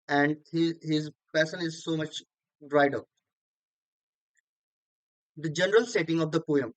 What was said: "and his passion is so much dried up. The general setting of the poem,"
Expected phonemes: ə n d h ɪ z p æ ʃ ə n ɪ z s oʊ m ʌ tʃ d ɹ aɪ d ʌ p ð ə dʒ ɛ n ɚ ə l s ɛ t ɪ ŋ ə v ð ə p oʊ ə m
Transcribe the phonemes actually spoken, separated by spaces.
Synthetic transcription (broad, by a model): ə n d h ɪ z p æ s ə n ɪ z s oʊ m ʌ tʃ d ɹ aɪ d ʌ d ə dʒ ɛ n ɚ ə l s ɛ t ɪ ŋ ə v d ə p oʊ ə m